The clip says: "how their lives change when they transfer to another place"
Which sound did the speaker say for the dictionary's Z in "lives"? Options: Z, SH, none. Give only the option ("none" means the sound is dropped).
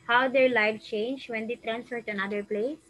none